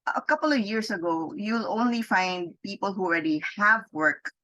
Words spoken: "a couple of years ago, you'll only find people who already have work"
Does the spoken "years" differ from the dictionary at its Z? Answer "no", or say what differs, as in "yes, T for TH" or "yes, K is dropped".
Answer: yes, S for Z